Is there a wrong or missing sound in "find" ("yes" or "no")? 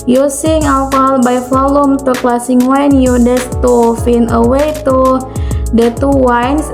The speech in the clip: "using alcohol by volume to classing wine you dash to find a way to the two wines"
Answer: yes